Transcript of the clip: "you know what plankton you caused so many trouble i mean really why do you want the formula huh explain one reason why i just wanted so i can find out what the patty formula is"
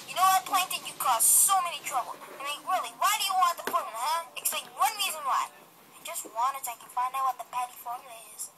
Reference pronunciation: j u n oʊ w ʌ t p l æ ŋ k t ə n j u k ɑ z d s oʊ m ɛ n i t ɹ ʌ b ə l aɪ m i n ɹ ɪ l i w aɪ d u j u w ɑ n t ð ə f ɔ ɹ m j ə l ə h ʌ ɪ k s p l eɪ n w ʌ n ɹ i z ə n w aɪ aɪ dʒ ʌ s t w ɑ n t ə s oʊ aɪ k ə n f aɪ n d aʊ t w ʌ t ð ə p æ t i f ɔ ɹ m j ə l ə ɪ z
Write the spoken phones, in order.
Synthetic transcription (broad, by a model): j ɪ n oʊ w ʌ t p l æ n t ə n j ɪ k ɑ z s oʊ m ɛ n i t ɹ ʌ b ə l aɪ m i n ɹ ɪ l i w aɪ d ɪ j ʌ w ɑ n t ð ə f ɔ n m h ʌ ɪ k s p eɪ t w ʌ n ɹ i z ə n w aɪ aɪ dʒ ʌ s t w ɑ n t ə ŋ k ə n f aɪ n aʊ w ʌ t ð ə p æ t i f ɔ ɹ m j l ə ɪ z